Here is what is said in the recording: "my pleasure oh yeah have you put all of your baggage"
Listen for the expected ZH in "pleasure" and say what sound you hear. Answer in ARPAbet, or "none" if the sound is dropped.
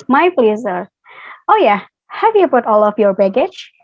Z